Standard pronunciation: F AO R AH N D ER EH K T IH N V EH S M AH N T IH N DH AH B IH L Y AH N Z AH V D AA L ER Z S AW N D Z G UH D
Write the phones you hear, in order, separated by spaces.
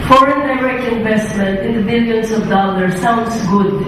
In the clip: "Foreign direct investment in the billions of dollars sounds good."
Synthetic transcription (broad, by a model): F AO R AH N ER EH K IH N V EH S M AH N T IH N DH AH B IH L Y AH N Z AH V D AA L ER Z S AW N D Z G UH D